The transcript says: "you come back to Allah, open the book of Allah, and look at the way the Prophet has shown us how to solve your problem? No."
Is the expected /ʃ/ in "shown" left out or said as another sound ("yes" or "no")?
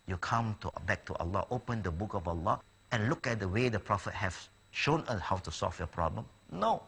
no